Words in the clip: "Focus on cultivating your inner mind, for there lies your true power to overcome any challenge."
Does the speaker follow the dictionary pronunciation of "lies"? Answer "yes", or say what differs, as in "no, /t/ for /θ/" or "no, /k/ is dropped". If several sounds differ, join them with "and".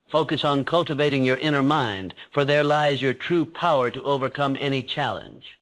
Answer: yes